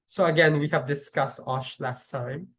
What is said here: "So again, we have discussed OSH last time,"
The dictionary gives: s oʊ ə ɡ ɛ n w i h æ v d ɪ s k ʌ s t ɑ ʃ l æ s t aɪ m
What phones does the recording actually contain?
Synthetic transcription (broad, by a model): s oʊ ə ɡ ɛ n w i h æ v d ɪ s k ʌ s t ɑ ʃ l æ s t aɪ m